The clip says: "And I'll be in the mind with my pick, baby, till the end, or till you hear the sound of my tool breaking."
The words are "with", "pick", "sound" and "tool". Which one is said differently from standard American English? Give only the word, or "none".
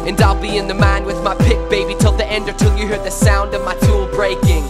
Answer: none